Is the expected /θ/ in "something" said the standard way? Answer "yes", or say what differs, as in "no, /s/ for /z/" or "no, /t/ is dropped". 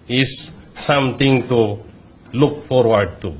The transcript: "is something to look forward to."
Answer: no, /t/ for /θ/